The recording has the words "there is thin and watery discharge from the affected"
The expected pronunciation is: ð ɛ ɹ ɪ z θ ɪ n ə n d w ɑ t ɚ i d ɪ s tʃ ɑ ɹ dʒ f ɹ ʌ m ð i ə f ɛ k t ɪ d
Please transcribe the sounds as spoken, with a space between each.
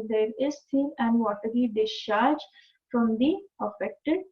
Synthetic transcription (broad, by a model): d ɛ ɹ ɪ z t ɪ l ə n d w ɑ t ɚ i d ɪ s tʃ ɑ ɹ dʒ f ɹ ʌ m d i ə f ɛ k t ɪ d